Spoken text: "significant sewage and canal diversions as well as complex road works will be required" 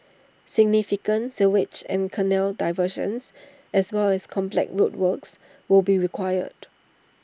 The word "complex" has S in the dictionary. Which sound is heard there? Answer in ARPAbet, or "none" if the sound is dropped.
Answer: none